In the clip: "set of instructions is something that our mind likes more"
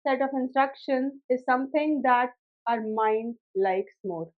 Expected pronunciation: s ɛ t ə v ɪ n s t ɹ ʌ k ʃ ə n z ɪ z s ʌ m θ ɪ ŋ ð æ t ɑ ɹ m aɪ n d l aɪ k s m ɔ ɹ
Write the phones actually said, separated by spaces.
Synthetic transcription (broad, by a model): s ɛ t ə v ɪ n s t ɹ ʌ k ʃ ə n ɪ z s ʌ m t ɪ ŋ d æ t ɑ ɹ m aɪ n d l aɪ k s m ɔ ɹ